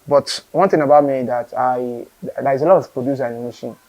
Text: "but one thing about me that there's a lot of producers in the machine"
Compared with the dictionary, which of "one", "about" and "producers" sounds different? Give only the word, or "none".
producers